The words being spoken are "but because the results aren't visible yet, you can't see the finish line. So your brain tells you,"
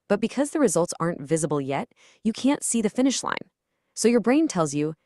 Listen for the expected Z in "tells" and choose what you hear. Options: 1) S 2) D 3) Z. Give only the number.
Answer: 3